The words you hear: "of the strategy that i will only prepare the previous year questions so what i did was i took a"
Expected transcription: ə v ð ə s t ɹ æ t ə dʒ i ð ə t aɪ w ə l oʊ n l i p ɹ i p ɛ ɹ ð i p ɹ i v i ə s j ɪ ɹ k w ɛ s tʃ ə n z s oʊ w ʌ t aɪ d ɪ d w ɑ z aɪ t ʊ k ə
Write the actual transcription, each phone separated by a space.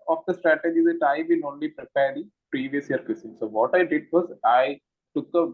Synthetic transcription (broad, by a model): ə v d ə s t ɹ æ t ə dʒ i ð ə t aɪ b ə n oʊ n l i p ɹ i p ɛ ɹ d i p ɹ i v i ə s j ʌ ɹ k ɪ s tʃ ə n s oʊ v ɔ t aɪ d ɪ d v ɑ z aɪ t ʊ k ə